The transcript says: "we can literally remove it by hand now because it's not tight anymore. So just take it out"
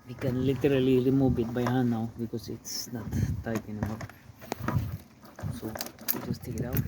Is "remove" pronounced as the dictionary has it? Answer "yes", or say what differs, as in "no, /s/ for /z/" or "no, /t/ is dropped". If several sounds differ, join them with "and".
no, /b/ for /v/